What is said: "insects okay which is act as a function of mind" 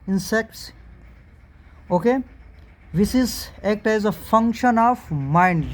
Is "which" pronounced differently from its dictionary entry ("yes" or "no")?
yes